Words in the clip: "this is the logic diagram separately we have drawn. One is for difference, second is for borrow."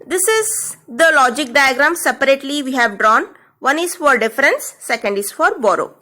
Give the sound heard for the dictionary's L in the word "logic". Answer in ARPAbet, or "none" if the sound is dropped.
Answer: L